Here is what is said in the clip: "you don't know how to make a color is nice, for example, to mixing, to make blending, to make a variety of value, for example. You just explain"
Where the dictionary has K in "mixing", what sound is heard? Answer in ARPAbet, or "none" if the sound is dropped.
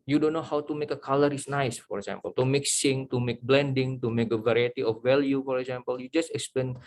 K